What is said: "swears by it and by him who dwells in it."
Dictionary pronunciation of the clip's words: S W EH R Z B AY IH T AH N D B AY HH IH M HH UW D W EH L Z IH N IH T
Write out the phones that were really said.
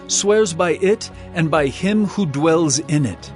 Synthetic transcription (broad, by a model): S W EH R Z B AY IH T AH N B AY HH IH M HH UW D W EH L Z IH N IH T